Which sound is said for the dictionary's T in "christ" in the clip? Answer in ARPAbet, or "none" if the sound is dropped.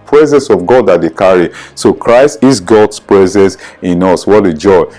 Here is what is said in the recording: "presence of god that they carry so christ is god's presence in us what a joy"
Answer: T